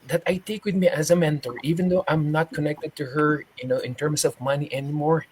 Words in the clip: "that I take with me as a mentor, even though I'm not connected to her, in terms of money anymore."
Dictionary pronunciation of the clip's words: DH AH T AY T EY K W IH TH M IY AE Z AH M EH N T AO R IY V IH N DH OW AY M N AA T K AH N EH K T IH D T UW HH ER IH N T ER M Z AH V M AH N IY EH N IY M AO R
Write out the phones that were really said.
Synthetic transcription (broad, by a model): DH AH T AY T EY K W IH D M IY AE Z AH M EH N T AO R IY V IH N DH OW AY M N AA T K AH N EH K T IH D T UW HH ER IH N T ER M S AH V M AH N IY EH N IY M AO R